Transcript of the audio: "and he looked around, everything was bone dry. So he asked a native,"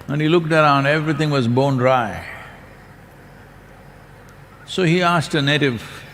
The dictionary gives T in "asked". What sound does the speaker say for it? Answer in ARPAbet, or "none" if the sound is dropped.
T